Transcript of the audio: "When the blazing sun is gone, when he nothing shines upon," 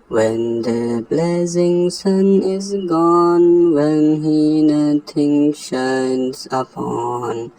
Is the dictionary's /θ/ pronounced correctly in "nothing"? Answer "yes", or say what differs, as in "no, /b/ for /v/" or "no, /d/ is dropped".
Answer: no, /t/ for /θ/